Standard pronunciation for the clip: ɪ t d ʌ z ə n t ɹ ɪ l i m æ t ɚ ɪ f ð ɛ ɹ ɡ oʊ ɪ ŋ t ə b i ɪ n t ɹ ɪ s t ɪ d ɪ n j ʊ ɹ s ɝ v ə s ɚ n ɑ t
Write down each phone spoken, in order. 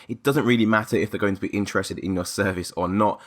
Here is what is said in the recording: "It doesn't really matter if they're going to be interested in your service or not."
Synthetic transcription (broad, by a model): ɪ t d ʌ z ə n t ɹ ɪ l i m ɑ t ɚ ɪ f ð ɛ ɡ oʊ ɪ ŋ t ə b i ɪ n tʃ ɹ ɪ s t ɪ d ɪ n j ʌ s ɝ v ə s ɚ n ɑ t